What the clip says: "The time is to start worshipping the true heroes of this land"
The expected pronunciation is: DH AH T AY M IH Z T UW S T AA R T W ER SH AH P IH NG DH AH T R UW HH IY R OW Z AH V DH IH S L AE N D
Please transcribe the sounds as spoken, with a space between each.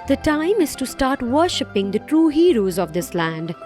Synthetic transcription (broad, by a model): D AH T AY M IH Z T UW S T AA R T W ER SH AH P IH NG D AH T R UW HH IY R OW Z AH V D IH S L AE N D